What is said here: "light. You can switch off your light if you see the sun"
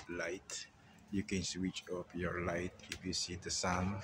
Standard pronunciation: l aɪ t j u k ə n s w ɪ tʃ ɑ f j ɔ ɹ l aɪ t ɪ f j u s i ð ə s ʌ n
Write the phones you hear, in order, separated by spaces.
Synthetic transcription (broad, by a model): l aɪ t j u k ə n s w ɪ tʃ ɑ p j ɔ ɹ l aɪ t ɪ f j u s i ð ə s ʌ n